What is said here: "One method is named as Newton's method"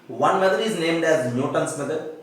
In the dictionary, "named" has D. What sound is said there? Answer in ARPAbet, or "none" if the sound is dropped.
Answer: D